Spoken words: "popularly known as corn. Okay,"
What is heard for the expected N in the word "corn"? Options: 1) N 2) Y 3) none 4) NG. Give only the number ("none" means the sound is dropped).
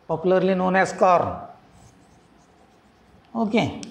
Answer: 3